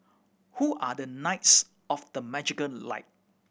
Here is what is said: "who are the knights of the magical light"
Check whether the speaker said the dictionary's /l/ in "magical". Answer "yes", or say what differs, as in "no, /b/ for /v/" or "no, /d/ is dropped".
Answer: no, /n/ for /l/